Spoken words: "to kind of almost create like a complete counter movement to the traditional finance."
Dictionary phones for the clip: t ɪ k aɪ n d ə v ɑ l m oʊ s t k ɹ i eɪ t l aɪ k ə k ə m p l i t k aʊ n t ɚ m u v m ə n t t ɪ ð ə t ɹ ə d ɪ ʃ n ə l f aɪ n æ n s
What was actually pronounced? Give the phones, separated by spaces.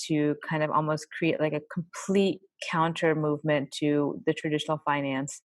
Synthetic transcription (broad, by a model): t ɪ k aɪ n d ə v ɑ l m oʊ s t k ɹ i eɪ t l aɪ k ə k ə m p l i t k aʊ n t ɚ m u v m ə n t t ɪ ð ə t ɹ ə d ɪ ʃ n l f aɪ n æ n s